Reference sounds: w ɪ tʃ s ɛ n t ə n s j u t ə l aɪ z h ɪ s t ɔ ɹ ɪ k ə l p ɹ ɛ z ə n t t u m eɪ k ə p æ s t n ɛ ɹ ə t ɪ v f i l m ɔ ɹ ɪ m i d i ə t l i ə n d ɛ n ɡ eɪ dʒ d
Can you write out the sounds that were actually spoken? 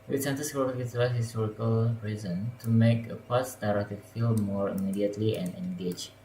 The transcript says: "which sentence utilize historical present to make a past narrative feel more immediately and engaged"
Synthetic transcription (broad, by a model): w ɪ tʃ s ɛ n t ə s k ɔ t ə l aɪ h ɪ s t ɔ ɹ ɪ k ə l ɹ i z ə n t t u m eɪ k ə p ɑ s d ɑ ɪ ɹ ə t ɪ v f i l m ɔ ɹ ɪ m i d i ə t l i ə n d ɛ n ɡ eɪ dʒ